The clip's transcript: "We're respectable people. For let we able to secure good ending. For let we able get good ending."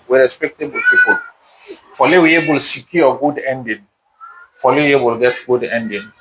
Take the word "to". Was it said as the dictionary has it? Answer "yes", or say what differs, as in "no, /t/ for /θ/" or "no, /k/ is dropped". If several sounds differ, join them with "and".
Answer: no, /s/ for /t/